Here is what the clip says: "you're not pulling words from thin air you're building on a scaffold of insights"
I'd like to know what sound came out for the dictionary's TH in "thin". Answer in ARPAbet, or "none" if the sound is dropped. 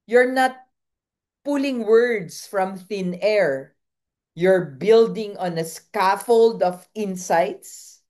TH